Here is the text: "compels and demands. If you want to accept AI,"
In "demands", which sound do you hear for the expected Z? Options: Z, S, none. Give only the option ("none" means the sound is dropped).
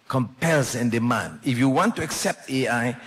none